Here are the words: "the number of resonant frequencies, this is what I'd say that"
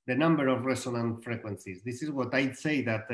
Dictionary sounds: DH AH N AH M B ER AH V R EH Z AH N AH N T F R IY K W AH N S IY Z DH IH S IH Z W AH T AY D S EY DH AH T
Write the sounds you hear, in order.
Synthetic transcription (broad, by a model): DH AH N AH M B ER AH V R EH S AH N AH N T F R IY K W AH N S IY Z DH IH S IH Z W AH T AY D S EY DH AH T